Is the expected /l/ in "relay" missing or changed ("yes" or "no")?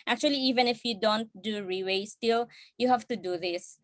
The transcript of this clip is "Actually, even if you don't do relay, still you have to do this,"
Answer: yes